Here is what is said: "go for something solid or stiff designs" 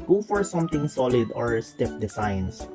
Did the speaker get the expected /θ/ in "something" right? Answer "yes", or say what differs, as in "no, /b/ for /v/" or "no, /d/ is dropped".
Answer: no, /t/ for /θ/